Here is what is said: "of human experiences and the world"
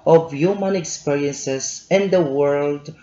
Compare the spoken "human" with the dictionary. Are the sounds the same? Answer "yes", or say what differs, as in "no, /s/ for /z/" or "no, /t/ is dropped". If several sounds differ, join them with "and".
yes